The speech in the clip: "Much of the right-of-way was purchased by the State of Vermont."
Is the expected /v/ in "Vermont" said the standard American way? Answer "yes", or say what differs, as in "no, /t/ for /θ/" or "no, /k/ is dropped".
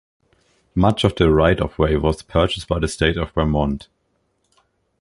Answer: no, /b/ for /v/